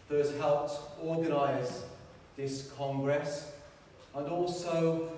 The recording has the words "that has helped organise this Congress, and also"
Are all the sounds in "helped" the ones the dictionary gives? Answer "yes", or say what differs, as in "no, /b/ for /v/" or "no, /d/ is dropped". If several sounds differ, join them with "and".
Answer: yes